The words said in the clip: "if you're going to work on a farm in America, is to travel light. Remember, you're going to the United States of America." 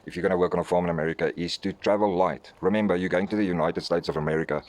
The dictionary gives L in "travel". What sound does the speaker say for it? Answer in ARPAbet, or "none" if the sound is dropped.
L